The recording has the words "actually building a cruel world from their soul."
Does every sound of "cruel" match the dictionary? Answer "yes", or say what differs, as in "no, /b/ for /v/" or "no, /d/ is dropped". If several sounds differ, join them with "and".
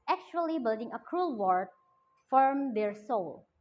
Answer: yes